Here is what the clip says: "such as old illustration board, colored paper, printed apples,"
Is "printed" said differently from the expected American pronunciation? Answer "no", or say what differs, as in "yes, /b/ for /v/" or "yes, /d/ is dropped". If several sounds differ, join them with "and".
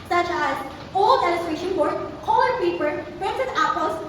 yes, /s/ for /t/